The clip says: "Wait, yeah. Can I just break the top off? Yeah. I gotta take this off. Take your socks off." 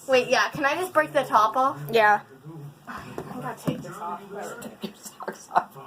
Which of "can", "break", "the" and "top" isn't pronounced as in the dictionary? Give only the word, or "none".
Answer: none